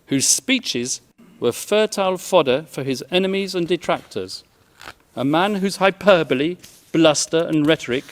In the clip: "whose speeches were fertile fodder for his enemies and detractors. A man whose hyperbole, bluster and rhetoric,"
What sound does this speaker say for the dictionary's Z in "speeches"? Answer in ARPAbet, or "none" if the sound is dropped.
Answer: Z